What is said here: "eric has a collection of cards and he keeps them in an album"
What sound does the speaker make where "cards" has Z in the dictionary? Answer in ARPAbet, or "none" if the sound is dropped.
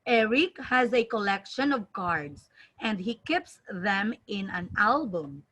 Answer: S